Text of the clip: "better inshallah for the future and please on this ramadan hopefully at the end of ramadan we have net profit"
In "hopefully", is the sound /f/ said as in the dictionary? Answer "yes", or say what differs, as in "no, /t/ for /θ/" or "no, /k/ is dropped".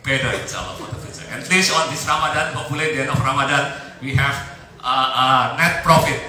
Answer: no, /f/ is dropped